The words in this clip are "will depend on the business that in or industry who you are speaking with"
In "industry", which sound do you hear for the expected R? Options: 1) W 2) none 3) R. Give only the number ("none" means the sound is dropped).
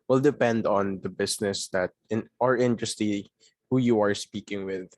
2